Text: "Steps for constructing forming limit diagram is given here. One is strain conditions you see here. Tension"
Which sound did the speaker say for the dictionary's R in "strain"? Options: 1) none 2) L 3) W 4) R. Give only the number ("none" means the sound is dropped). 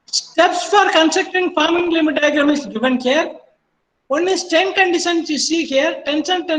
1